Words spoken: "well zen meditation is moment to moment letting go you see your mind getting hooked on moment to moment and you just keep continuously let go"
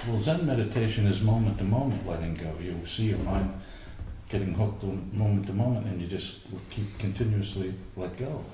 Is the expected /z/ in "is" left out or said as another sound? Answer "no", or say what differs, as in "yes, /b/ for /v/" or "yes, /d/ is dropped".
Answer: no